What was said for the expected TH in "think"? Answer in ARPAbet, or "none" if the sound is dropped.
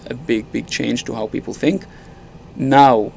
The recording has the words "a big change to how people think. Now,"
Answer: TH